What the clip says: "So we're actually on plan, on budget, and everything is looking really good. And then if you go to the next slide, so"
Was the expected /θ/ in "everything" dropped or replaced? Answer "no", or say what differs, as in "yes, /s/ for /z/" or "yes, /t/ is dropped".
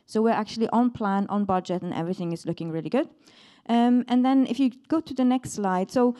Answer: no